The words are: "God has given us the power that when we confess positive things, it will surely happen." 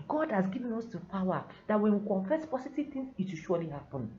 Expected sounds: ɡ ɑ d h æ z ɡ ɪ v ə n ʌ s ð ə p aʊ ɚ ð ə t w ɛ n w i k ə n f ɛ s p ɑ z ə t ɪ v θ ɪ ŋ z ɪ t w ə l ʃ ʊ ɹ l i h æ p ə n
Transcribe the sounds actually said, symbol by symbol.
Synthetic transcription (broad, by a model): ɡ ɑ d h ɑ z ɡ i v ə n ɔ s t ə p aʊ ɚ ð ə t w ɛ n w i k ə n f ɛ s p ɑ s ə t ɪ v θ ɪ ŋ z ɪ t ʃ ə ʃ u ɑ l i h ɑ p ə n